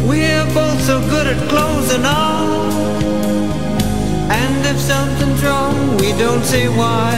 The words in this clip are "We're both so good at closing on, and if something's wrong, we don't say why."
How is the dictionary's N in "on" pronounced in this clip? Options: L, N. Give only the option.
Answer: L